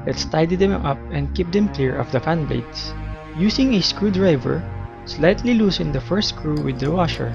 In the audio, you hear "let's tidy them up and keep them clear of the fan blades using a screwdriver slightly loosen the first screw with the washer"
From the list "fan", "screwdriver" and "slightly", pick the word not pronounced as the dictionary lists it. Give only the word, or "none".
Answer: none